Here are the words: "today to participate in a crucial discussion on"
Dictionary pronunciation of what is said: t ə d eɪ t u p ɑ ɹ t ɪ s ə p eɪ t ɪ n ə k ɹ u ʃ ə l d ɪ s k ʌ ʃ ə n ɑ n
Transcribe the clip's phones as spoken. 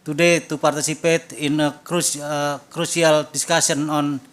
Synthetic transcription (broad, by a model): t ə d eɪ t u p ɑ ɹ t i s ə p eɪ t ɪ n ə k ɹ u s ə l d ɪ s k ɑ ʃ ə n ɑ n